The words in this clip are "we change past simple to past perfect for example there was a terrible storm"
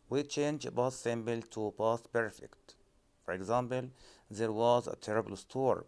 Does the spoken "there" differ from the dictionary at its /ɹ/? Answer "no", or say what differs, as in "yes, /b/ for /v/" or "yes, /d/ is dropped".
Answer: no